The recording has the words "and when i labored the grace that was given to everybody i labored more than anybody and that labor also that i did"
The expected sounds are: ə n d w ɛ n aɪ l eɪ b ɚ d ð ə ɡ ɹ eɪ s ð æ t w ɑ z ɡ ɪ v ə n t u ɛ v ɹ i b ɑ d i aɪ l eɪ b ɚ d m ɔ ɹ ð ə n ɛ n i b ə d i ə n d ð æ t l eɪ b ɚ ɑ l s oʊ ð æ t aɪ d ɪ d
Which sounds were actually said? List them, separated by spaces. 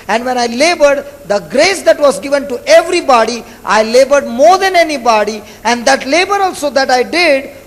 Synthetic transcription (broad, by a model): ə n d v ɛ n aɪ l eɪ b ɚ d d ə ɡ ɹ eɪ s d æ t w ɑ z ɡ ɪ v ə n t u ɛ v ɹ i b ɑ d i aɪ l eɪ b ɚ d m ɔ ɹ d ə n ɛ n i b ə d i ə n d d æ t l eɪ b ɚ ɑ l s oʊ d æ t aɪ d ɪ d